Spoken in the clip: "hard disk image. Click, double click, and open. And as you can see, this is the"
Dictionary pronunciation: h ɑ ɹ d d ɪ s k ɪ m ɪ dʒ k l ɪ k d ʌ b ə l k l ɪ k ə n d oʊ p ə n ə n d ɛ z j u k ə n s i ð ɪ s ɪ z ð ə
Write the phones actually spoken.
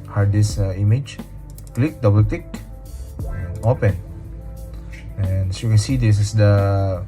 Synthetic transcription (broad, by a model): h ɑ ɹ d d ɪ s ɪ m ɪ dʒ k l ɪ k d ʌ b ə l k l ɪ k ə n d oʊ p ə n ə n d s j u k ə n s i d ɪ s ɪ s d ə